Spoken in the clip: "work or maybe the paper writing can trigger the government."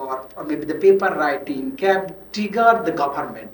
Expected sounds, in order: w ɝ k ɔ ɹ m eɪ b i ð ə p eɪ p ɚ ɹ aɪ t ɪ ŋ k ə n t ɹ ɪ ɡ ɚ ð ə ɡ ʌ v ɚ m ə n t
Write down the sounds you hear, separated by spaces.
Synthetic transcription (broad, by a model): ɔ ɹ m eɪ b i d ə p eɪ p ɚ ɹ aɪ t ɪ ŋ k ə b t ɪ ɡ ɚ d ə ɡ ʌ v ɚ m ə n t